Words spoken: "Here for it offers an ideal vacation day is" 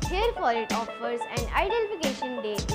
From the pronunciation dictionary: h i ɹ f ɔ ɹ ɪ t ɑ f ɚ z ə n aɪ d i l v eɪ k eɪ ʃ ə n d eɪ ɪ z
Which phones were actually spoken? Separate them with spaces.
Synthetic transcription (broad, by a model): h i ɹ f ɔ ɹ ɪ t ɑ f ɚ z ə n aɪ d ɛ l f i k eɪ ʃ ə n d eɪ